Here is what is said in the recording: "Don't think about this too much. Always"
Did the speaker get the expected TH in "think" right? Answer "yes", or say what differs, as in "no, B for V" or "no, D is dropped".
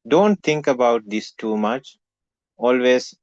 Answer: no, T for TH